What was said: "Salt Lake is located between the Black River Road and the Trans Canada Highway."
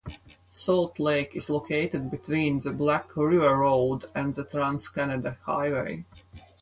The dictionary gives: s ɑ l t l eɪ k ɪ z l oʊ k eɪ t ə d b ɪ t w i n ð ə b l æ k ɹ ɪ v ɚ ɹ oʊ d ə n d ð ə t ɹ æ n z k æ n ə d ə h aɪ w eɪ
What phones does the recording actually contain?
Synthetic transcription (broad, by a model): s ɑ l t l eɪ k ɪ z l oʊ k eɪ t ə d b ɪ t w i n ð ə b l æ k ɹ ɪ v ɚ ɹ oʊ d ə n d ð ə t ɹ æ n s k æ n ə d ə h aɪ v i